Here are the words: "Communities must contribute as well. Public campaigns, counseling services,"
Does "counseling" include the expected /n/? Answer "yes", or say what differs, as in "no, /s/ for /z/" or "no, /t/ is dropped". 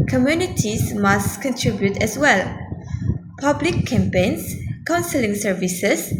yes